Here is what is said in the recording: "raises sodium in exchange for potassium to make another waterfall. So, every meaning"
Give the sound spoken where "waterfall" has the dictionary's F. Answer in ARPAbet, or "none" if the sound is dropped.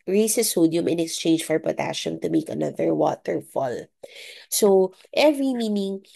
F